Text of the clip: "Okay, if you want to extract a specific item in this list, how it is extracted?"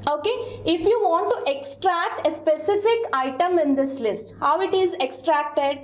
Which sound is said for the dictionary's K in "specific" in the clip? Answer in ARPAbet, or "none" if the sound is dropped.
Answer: K